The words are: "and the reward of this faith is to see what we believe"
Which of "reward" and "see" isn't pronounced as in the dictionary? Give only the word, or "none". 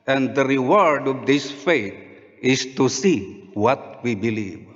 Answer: none